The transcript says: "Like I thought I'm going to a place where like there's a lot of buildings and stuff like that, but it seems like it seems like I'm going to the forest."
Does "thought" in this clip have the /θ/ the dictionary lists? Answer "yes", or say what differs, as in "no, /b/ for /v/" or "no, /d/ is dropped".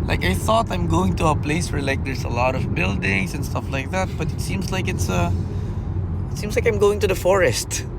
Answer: yes